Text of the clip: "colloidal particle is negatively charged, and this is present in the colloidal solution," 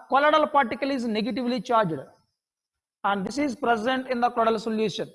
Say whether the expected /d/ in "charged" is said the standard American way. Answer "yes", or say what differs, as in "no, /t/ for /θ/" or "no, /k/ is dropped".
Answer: yes